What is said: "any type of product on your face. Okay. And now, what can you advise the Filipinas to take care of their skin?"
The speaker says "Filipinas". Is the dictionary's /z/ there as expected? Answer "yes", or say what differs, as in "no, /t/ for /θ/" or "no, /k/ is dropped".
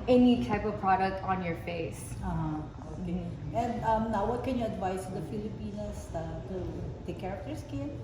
no, /s/ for /z/